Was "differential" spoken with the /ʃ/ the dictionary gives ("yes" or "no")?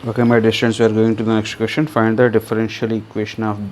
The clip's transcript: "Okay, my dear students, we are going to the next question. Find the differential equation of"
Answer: yes